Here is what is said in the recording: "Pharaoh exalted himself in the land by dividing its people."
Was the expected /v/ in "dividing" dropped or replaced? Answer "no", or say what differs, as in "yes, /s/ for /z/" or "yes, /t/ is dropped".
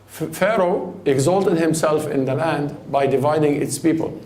no